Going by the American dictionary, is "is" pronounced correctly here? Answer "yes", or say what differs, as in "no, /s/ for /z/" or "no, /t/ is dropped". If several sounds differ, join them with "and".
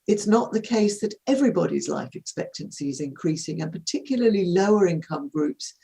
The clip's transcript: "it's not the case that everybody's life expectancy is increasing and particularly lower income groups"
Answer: yes